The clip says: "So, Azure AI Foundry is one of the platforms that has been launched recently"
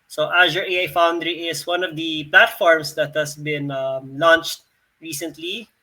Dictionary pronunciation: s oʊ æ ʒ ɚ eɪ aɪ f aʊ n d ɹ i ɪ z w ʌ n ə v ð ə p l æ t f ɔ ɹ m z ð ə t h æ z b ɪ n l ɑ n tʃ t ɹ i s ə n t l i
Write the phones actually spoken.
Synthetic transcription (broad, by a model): s oʊ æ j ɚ eɪ aɪ f aʊ n d ɹ i ɪ s w ʌ n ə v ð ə p l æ t f ɔ ɹ m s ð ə t h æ s b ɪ n l ɑ n tʃ t ɹ i s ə n t l i